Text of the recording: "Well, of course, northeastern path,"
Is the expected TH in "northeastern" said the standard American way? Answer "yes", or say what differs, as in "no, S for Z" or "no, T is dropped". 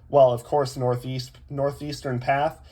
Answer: yes